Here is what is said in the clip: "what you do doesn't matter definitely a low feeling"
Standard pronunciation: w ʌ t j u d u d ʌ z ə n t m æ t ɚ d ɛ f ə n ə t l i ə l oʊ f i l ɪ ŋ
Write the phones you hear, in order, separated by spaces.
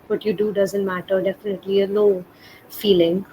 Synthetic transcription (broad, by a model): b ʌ t j u d u d ʌ z ə n t m æ t ɚ d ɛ f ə n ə t l i ə n oʊ f i l ɪ ŋ